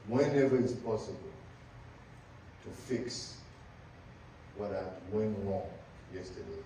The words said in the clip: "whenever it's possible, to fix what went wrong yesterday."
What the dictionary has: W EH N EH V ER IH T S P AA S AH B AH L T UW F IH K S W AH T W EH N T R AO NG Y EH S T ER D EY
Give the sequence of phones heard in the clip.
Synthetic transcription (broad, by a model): W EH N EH V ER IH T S P AA S AH B AH L T UW F IH K S W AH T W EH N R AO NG Y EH S T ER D EY